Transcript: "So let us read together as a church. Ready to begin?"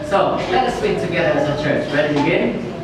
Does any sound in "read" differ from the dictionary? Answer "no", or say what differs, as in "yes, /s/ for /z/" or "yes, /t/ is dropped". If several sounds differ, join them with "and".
yes, /w/ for /ɹ/